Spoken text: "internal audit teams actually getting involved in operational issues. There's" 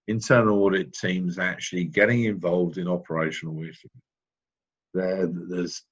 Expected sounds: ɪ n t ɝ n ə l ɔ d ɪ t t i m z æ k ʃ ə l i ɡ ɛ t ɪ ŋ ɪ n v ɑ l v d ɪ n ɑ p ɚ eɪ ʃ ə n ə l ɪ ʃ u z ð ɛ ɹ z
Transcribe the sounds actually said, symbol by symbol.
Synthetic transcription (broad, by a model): ɪ n t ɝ n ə l ɔ d ɪ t t i m z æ k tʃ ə l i ɡ ɛ t ɪ ŋ ɪ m v ɑ l v d ɪ n ɑ p ɚ eɪ ʃ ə n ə l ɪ s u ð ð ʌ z